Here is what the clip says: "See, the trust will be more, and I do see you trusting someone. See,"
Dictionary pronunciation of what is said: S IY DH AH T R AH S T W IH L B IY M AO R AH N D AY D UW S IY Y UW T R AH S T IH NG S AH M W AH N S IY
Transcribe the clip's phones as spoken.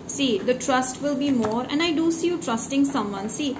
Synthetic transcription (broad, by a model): S IY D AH T R AH S T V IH L B IY M AO R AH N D AY D UW S IY Y UW T R AH S T IH NG S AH M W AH N S IY